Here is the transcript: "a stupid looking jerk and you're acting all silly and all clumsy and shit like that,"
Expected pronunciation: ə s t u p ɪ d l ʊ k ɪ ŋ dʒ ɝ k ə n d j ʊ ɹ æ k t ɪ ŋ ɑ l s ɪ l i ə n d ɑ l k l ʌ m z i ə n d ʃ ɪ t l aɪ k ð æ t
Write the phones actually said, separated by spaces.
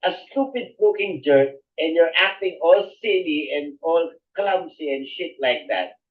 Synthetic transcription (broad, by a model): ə s t u p ɪ d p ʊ k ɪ ŋ dʒ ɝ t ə n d j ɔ ɹ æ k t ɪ ŋ ɑ l s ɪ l i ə n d ɑ l k l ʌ m s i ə n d ʃ ɪ t l aɪ k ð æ t